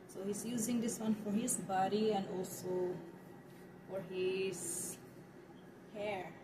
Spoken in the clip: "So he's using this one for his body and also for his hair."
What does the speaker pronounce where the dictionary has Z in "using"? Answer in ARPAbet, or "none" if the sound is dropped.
Z